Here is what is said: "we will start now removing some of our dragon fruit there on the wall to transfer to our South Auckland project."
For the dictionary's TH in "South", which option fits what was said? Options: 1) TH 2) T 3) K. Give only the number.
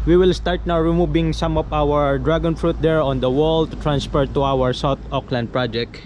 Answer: 2